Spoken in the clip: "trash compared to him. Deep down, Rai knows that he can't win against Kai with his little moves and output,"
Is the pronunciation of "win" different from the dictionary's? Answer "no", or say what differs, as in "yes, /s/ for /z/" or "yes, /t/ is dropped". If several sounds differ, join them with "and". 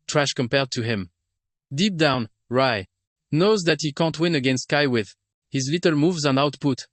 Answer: no